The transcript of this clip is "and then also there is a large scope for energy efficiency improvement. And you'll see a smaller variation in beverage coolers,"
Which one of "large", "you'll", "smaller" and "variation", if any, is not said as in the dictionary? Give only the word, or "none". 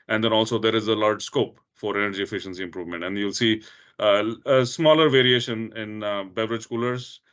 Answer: none